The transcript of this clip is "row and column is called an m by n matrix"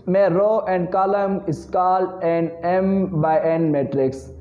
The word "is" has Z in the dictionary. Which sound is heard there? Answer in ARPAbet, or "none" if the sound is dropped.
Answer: S